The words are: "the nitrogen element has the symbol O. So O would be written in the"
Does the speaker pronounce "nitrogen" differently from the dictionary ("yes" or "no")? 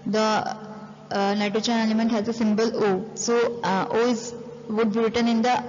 yes